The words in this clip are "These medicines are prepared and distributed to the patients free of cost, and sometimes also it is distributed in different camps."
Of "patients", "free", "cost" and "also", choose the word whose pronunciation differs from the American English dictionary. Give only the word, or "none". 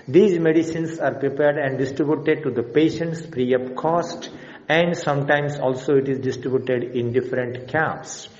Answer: free